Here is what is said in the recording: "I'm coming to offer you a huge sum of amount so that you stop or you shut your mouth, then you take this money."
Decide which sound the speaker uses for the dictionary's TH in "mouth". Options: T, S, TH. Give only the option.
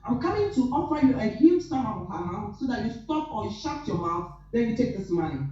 S